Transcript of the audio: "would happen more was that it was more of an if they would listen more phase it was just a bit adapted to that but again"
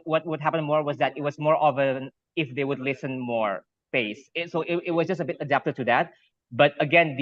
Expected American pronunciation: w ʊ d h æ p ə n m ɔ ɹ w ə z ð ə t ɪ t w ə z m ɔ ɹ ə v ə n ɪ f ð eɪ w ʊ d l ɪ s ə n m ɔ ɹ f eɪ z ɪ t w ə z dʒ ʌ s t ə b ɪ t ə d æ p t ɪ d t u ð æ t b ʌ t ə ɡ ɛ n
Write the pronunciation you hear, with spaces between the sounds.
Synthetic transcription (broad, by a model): w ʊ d h æ p ə n m ɔ ɹ w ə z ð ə t ɪ t w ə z m ɔ ɹ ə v ə n ɪ f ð eɪ w ʊ d l ɪ s ə n m ɔ ɹ p eɪ s ɪ t w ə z dʒ ʌ s t ə b ɪ t ə d æ p t ɪ d t u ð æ t b ʌ t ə ɡ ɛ n